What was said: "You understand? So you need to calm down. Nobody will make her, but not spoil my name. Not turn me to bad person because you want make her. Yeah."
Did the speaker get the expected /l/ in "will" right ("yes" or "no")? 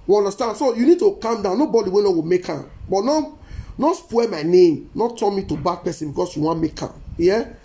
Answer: no